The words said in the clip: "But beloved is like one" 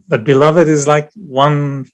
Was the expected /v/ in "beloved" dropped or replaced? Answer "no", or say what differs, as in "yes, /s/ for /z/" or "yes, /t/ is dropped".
no